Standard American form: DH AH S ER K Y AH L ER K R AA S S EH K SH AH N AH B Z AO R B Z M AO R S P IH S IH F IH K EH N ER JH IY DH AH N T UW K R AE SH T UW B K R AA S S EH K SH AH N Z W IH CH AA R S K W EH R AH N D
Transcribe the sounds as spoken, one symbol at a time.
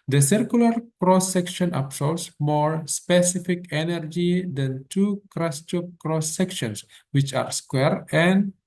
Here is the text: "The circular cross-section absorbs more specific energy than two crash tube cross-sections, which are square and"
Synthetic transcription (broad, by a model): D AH S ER K Y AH L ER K R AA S S EH K SH AH N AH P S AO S M AO R S P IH S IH F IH K EH N ER JH IY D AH N T UW K R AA S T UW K R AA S S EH K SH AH N S W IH CH AA R S K W EH R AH N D